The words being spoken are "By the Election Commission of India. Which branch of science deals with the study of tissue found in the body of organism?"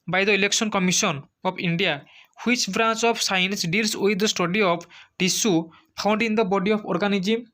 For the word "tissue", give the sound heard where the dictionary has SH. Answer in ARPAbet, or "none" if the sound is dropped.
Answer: S